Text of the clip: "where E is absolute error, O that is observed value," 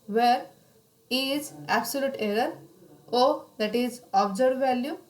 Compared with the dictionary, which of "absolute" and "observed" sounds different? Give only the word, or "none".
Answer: observed